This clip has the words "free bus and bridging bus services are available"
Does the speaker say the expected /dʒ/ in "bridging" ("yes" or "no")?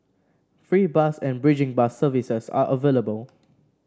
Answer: yes